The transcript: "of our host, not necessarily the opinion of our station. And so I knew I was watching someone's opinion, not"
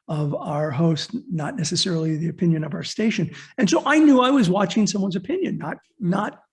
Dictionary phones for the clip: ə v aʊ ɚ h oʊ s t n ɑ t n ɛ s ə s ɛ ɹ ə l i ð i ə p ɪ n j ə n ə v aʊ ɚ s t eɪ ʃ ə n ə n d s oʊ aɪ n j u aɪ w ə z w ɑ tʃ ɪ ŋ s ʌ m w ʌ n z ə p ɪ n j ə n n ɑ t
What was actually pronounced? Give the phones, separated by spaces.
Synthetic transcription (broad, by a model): ə v aʊ ɚ h oʊ s t n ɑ t n ɛ s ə s ɛ ɹ l i ð i ə p ɪ n j ə n ə v aʊ ɚ s t eɪ ʃ ə n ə n s oʊ aɪ n j u aɪ w ə z w ɑ tʃ ɪ ŋ s ʌ m w ʌ n z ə p ɪ n j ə n n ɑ t